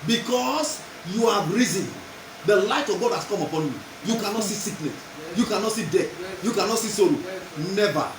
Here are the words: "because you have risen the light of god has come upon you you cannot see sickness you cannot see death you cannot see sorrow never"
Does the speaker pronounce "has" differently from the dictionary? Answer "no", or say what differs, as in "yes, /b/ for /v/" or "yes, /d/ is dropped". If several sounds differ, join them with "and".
yes, /s/ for /z/